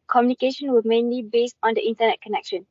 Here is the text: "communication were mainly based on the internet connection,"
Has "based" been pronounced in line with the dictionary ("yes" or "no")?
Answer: yes